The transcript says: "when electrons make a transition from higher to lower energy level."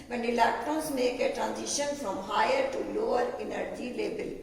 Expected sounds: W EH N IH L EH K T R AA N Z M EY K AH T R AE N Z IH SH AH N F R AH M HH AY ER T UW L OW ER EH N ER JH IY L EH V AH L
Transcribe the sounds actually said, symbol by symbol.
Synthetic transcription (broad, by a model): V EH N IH L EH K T AA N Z M EY K AH T R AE N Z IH SH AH N F R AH M HH AY ER T UW L OW ER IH N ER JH IY L EH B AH L